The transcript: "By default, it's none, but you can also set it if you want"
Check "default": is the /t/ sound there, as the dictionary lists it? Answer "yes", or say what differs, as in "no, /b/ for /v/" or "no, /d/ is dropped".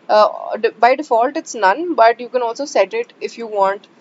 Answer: yes